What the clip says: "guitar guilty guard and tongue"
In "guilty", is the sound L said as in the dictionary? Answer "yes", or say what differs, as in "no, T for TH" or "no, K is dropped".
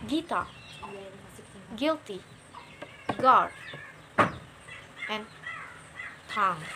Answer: yes